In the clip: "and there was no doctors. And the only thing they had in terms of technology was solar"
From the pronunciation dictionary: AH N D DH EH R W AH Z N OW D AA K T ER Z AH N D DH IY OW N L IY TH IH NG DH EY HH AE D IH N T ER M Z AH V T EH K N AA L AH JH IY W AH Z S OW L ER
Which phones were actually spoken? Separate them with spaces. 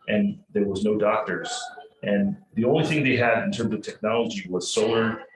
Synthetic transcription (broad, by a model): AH N DH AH R W AH Z N OW D AA K T ER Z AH N DH IY OW N L IY TH IH NG DH EY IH D IH N T ER M Z AH V T EH K N AA L AH JH IY W AH Z S OW L ER